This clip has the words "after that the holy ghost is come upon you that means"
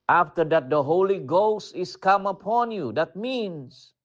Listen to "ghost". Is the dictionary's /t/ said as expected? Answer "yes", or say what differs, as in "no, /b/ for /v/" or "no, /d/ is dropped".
yes